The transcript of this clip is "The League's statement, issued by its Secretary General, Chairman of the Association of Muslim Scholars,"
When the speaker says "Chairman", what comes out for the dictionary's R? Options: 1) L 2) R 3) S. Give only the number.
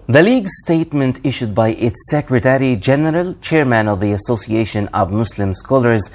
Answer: 2